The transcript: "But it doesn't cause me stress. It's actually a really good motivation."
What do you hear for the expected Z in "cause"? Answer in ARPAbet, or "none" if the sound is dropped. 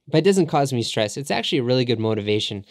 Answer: Z